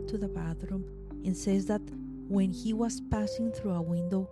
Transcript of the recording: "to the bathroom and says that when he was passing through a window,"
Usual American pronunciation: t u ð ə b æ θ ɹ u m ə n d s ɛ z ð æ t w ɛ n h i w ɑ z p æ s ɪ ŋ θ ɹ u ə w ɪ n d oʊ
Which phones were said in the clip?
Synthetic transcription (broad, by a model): t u ð ə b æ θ ɹ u m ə n s ɛ z ð æ t w ɛ n h i w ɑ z p æ s ɪ ŋ θ ɹ u ə w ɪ n d oʊ